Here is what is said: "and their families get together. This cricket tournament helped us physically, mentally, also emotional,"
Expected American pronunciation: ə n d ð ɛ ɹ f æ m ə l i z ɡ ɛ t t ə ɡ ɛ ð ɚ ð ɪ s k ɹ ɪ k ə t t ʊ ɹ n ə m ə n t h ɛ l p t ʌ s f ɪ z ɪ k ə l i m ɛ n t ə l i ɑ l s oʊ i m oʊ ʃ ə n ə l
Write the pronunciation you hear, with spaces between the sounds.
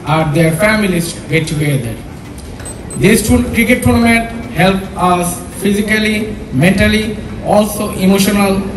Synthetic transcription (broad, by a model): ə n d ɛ ɹ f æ m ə l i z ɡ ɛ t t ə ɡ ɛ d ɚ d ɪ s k ɹ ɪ k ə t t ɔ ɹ m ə n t h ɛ l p ʌ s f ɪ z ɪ k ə l i m ɛ n t ə l i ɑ l s oʊ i m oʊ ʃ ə n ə l